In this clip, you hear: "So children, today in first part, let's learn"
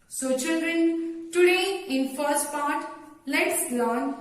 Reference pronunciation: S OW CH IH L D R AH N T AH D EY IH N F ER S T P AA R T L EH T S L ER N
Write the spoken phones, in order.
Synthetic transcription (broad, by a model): S OW CH IH L D R AH N T AH D EY IH N F ER S T P AA R T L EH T S L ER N